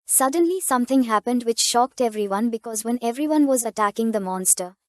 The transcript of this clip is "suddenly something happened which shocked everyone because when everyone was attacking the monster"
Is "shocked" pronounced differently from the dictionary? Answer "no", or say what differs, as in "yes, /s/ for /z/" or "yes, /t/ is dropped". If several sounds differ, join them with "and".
no